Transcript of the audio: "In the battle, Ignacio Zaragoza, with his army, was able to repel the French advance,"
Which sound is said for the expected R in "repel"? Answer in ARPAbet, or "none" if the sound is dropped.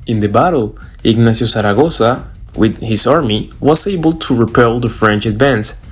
R